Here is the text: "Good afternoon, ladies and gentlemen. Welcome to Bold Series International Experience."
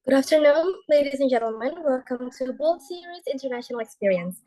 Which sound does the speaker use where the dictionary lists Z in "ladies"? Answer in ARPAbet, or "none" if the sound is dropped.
Z